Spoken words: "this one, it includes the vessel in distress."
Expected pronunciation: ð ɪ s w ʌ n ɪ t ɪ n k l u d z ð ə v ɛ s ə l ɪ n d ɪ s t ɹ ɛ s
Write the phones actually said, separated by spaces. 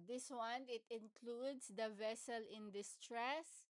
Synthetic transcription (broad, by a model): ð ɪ s w ʌ n ɪ t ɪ n k l u d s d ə v ɛ s ə l ɪ n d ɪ s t ɹ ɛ s